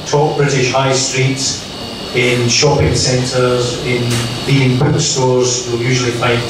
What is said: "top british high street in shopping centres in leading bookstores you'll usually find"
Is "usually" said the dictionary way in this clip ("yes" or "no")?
yes